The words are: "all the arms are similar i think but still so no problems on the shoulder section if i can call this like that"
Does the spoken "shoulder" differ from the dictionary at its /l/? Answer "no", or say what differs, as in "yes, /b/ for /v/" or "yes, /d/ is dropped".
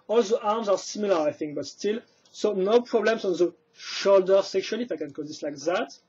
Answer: no